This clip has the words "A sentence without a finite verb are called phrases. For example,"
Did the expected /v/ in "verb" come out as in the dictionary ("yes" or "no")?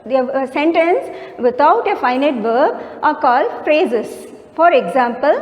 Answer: yes